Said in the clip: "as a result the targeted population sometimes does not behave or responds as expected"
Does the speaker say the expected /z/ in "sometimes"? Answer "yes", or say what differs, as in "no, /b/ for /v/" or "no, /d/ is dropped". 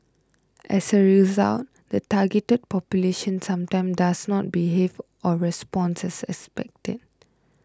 no, /z/ is dropped